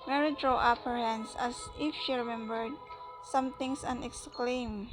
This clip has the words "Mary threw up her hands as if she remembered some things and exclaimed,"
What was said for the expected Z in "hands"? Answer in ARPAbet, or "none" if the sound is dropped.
S